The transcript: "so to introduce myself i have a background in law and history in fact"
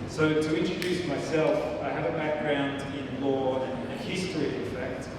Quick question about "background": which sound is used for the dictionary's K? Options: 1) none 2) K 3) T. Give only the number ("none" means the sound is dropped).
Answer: 2